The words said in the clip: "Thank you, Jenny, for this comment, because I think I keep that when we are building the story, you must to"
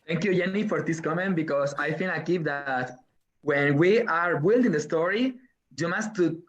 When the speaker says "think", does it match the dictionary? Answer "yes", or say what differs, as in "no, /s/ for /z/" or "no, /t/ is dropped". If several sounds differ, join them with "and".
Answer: no, /f/ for /θ/